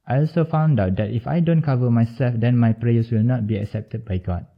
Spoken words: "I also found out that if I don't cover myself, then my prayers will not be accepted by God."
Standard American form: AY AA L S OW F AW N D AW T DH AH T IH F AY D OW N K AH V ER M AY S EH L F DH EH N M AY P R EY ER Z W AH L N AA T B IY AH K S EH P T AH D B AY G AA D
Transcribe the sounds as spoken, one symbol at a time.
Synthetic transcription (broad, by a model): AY AA L S OW F AW N D AW T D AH T IH F AY D OW N K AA V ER M AY S EH L F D EH N M AY P R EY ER S W AH L N AA T B IY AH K S EH P T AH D B AY G AA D